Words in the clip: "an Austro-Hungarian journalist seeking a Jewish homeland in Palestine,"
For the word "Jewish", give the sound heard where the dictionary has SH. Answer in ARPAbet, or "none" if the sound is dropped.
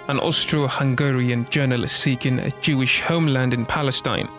SH